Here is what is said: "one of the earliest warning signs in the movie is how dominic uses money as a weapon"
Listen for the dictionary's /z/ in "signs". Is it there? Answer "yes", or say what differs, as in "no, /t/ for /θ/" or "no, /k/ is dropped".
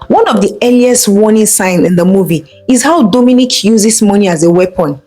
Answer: no, /z/ is dropped